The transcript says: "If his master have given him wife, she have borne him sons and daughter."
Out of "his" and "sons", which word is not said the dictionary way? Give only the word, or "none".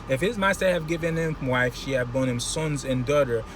none